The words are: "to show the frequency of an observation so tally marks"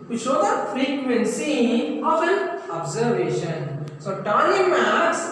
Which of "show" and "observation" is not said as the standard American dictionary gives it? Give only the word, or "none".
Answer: none